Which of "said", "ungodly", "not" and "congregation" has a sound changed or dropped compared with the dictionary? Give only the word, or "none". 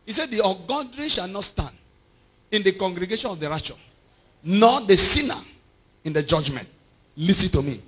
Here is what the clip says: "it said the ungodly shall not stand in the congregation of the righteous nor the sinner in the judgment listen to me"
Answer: ungodly